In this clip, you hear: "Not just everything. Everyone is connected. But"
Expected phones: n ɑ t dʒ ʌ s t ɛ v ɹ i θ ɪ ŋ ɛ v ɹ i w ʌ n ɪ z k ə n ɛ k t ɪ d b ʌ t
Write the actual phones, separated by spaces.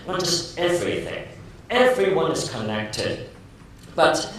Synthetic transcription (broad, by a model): n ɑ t dʒ ʌ s t ɛ v ɹ i θ ɪ ŋ ɛ v ɹ i w ʌ n ɪ z k ə n ɛ k t ɪ d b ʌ t